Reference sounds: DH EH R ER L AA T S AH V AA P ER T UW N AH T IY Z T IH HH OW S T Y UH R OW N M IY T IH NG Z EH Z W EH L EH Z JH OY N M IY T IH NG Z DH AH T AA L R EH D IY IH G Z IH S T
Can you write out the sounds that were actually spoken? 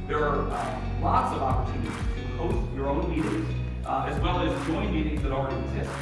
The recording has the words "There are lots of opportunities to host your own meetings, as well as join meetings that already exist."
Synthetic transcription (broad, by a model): DH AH R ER L AA T S AH V AA P ER T UW N AH T IY Z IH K OW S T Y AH R OW N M IY T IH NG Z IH Z W EH L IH Z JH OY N M IY T IH NG Z DH AH T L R EH D IY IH G Z IH S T